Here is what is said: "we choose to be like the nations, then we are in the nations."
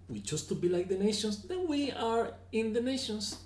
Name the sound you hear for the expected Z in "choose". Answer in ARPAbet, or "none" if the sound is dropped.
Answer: S